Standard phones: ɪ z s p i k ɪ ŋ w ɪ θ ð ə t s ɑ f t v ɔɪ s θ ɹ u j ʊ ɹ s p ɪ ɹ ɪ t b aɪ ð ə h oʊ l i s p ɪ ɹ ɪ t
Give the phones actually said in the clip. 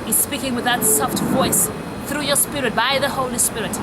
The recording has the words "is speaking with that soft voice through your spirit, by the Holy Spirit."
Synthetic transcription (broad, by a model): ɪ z s p i k ɪ ŋ w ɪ ð ə t s ɑ f t v ɔɪ s θ ɹ u j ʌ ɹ s p ɪ ɹ ɪ t b aɪ ð ə h oʊ l i s p ɪ ɹ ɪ t